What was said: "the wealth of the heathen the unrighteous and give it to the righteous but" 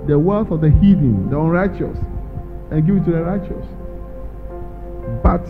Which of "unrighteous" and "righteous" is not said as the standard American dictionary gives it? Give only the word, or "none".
none